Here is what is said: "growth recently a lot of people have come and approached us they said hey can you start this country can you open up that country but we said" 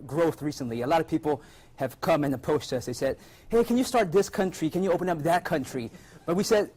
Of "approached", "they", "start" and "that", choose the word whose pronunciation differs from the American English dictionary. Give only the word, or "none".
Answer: approached